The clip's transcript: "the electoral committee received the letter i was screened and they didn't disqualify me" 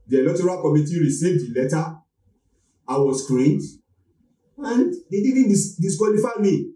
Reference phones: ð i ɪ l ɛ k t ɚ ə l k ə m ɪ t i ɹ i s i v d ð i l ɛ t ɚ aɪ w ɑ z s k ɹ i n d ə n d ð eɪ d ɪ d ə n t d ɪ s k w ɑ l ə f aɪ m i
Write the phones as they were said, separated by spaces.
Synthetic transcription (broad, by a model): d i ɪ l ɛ t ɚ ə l k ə m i t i ɹ i s i v d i l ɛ t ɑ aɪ w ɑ s k ɹ i n d ə n d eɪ d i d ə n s d ɪ s k w ɑ l ə f aɪ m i